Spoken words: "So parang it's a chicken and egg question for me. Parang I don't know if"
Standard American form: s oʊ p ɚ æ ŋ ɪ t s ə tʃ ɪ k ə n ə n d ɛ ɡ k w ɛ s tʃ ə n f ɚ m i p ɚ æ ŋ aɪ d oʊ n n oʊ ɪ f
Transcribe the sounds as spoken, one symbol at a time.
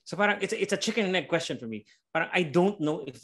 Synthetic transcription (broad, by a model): s oʊ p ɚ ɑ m ɪ t s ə s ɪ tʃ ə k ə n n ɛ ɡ k w ɛ s tʃ ə n f ɚ m i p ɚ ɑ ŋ aɪ d oʊ n n oʊ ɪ f